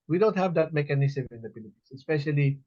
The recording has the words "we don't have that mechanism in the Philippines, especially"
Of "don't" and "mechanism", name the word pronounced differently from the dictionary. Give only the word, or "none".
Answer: mechanism